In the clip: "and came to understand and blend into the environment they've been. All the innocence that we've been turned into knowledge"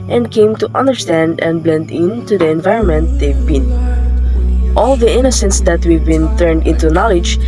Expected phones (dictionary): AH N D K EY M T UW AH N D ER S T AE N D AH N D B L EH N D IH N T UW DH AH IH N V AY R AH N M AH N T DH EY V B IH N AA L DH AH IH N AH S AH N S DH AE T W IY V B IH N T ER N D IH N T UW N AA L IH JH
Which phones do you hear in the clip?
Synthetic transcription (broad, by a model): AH N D K EY M T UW AH N D ER S T AE N D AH N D B L EH N D IH N T UW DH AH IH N V AY R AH N M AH N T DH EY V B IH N AA L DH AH IH N AH S AH N S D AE T W IY V B IH N T ER N D IH N T UW N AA L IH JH